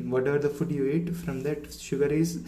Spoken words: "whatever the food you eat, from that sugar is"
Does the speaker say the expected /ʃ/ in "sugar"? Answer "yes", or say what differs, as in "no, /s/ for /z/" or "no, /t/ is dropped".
yes